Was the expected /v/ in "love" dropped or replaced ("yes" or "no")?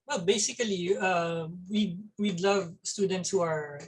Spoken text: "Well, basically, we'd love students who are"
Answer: no